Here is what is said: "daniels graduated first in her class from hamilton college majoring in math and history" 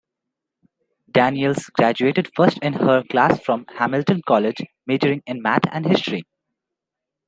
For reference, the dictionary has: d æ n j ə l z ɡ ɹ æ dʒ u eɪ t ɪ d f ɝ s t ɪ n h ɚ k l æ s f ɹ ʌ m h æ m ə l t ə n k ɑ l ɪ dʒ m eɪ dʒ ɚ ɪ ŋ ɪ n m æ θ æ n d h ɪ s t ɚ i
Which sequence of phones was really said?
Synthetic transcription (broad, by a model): d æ n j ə l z ɡ ɹ æ dʒ u eɪ t ɪ d f ɝ s t ɪ n h ɚ k l æ s f ɹ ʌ m h æ m ə l t ə n k ɑ l ɪ dʒ m eɪ dʒ ɚ ɪ ŋ ɪ n m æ t æ n d h ɪ s t ɚ i